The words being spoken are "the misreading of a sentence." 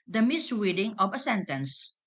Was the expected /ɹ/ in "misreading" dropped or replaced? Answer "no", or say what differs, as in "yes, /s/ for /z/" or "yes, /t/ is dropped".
yes, /w/ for /ɹ/